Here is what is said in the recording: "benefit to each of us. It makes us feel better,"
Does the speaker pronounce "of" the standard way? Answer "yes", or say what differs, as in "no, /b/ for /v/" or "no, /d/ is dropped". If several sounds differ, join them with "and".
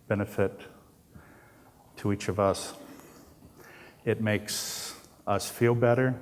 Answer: yes